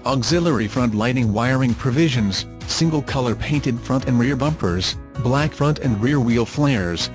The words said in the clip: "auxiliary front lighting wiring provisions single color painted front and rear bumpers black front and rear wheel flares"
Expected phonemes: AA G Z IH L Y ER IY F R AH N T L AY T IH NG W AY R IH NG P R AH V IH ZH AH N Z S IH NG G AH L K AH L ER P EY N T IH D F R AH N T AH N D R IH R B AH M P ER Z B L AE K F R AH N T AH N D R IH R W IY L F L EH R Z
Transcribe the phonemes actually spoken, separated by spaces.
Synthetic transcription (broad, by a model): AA G Z IH L ER IY F R AH N T L AY T IH NG W AY R IH NG P R AH V IH ZH AH N Z S IH NG G AH L K AH L ER P EY N T IH D F R AH N T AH N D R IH R B AH M P ER Z B L AE K F R AH N T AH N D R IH R W IY L F L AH R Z